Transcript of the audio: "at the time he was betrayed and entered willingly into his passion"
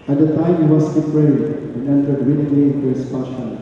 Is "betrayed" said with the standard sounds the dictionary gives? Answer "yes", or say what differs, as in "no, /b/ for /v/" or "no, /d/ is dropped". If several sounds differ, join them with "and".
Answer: no, /d/ is dropped